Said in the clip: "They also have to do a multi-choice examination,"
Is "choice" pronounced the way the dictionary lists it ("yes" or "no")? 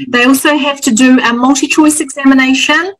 yes